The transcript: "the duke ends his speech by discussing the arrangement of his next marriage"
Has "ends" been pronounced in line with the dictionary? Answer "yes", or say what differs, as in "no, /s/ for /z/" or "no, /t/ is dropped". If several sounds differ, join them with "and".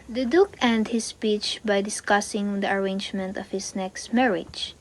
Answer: no, /z/ is dropped